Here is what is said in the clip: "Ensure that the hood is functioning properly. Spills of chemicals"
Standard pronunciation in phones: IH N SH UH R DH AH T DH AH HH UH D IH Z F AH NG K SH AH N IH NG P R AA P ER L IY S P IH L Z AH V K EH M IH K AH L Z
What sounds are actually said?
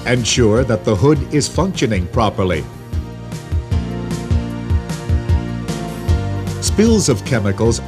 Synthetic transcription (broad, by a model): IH N SH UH R DH AH T DH AH HH UH D IH Z F AH NG K SH AH N IH NG P R AA P ER L IY S P IH L Z AH V K EH M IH K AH L Z